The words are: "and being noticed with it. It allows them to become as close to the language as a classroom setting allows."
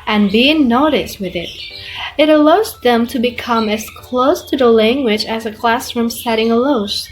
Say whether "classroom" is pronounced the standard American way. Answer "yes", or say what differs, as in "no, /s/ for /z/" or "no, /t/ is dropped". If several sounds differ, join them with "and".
yes